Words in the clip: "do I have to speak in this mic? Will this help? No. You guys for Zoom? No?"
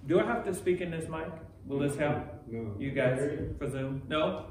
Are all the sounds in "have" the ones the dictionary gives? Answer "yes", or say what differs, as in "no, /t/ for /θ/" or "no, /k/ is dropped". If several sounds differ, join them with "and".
no, /f/ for /v/